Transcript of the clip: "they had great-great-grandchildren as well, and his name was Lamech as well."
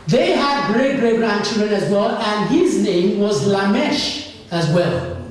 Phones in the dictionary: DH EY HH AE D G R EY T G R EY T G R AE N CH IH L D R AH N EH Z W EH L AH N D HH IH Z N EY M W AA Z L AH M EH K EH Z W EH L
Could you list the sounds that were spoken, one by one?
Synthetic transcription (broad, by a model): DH EY HH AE D G R EY T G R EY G R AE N CH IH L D R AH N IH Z W EH L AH N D HH IH Z N EY M W AA Z L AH M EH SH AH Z W EH L